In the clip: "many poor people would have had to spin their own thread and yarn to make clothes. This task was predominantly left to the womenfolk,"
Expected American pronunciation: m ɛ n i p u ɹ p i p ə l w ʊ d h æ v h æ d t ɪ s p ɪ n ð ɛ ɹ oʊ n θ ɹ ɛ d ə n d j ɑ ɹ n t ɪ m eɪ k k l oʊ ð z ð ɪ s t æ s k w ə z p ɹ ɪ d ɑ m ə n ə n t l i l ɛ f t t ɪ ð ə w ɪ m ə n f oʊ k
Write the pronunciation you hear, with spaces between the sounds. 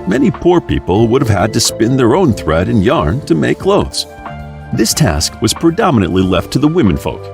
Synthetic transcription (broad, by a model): m ɛ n i p u ɹ p i p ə l w ʊ d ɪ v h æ d t ɪ s p ɪ n ð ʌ ɹ oʊ n θ ɹ ɛ d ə n j ɑ ɹ n t ɪ m eɪ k k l oʊ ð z ð ɪ s t æ s k w ə z p ɹ ɪ d ɑ m ə n ə n t l i l ɛ f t t ɪ ð ə w ɪ m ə n f oʊ k